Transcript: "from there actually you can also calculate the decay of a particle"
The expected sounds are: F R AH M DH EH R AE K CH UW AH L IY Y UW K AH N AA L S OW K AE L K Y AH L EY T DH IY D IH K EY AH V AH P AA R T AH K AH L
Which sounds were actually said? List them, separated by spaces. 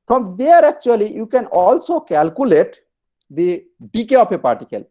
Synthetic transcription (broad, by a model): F R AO M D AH R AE K CH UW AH L IY Y UW K AH N AA L S OW K AE L K Y AH L EY T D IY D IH K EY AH P AH P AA R T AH K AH L